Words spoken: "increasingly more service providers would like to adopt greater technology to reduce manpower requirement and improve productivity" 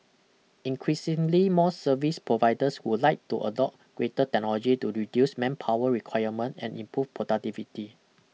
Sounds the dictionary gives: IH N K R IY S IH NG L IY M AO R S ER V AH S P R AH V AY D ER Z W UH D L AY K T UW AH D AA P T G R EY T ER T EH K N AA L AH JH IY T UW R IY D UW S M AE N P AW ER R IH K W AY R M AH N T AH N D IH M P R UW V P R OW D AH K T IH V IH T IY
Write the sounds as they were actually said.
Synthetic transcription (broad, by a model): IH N K R IY S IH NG L IY M AO S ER V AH S P R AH V AY D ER S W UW L AY K T UW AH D AA T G R EY T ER T EH K N AA L AH JH IY T UW R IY D UW S M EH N P AW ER R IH K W AY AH M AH N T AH N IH M P R UW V P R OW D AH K T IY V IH T IY